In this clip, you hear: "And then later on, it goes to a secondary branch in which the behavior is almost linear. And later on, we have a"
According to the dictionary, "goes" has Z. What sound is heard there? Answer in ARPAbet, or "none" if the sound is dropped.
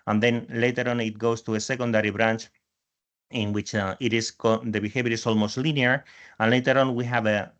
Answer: S